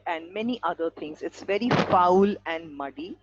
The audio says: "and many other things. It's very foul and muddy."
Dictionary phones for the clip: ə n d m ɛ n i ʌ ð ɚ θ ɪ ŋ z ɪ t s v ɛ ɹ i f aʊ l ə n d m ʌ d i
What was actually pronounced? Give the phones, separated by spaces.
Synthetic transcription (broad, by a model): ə n d m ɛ n i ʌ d ɚ t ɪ ŋ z ɪ t s v ɛ ɹ i f aʊ l ə n d m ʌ d i